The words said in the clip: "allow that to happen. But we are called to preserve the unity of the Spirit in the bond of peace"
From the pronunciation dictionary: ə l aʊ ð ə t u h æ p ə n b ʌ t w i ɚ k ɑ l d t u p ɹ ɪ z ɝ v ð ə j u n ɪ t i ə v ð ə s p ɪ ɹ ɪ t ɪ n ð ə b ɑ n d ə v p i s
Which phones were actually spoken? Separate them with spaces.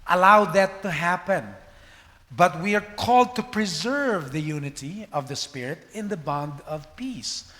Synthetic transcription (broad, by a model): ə l aʊ ð ə t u h æ p ə n b ʌ t w i ɚ k ɑ l d t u p ɹ ɪ z ɝ v ð ə j u n ɪ t i ə v ð ə s p ɪ ɹ ɪ t ɪ n ð ə b ɑ n d ə v p i s